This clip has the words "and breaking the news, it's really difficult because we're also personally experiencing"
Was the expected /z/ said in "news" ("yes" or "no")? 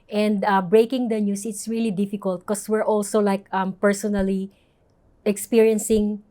no